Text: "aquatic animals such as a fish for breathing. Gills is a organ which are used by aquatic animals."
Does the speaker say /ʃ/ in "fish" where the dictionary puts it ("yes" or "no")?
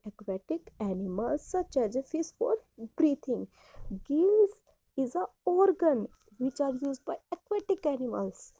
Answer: no